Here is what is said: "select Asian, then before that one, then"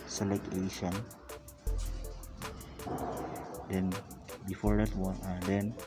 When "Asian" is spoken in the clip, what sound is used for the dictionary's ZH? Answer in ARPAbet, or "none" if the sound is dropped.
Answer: SH